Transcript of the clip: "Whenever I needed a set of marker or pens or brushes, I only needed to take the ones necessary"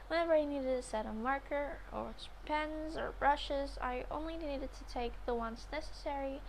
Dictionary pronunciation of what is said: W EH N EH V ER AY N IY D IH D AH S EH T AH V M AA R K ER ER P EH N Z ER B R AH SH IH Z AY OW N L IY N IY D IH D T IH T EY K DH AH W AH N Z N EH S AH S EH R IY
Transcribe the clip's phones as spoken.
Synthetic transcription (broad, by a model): W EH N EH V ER AY N IY D IH D AH S EH T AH M AA R K ER ER P EH N Z ER B R AH SH IH Z AY OW N L IY N IY D IH D T IH T EY K DH AH W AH N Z N EH S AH S EH R IY